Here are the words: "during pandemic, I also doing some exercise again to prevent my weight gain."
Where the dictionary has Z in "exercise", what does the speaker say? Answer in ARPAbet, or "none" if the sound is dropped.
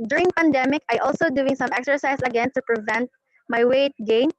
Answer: S